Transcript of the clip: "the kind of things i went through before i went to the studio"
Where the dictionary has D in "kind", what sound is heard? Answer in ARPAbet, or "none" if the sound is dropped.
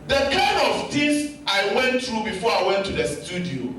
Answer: none